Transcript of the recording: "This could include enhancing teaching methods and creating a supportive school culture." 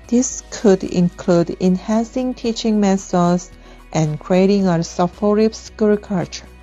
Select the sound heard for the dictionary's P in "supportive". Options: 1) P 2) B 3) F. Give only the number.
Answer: 3